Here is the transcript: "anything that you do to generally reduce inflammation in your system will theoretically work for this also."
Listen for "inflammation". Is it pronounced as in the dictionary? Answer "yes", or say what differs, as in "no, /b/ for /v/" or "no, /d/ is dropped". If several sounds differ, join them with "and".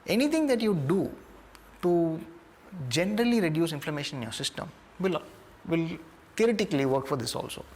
yes